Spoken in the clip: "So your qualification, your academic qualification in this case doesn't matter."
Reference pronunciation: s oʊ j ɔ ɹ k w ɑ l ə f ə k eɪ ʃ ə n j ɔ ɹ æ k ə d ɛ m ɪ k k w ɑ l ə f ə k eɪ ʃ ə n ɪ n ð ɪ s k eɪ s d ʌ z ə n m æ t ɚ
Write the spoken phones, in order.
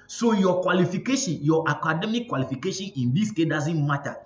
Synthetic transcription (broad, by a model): s oʊ j ɔ k w ɑ l ə f ə k eɪ ʃ ə n j ɔ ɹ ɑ k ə d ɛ m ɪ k k w ɑ l ə f ə k eɪ ʃ ə n ɪ n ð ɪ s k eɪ d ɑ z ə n m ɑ t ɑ